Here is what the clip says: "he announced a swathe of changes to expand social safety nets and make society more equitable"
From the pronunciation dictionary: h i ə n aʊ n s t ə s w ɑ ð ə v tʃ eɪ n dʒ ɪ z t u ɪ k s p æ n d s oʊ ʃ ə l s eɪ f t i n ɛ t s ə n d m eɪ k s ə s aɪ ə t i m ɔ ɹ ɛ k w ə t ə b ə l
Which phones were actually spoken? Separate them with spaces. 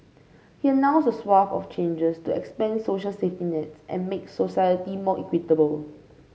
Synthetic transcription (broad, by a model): h i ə n aʊ n s ə s w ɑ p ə f tʃ eɪ n dʒ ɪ s t u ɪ k s p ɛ n s oʊ ʃ ə l s eɪ f t i n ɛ t s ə n m eɪ k s ə s aɪ ə t i m ɔ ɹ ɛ k w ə t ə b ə l